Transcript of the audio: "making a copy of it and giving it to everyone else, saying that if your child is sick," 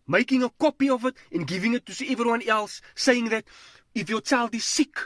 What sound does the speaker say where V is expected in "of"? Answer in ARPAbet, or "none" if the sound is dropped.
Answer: V